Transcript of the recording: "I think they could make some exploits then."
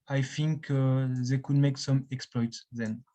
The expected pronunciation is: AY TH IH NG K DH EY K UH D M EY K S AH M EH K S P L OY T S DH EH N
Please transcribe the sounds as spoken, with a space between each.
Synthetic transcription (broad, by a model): AY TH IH NG K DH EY K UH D M EY K S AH M EH K S P L OY T S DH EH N